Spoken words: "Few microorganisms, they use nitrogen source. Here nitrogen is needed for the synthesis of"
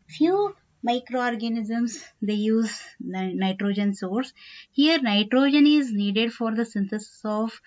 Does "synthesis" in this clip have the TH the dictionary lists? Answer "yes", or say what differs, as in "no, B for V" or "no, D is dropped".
no, T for TH